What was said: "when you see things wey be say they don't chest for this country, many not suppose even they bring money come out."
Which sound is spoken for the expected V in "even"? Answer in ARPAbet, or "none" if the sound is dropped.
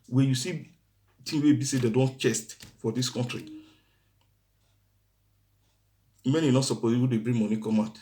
W